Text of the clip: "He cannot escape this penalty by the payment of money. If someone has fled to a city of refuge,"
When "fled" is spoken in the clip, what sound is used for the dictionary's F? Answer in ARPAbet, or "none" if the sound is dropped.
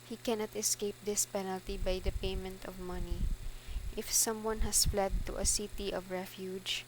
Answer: F